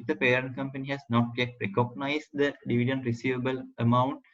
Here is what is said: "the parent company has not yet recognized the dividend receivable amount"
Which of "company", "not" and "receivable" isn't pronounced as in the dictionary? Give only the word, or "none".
none